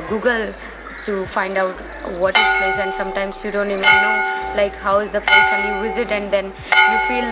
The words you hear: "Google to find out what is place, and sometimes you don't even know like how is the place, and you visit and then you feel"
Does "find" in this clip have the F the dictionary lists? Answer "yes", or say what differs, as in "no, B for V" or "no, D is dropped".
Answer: no, P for F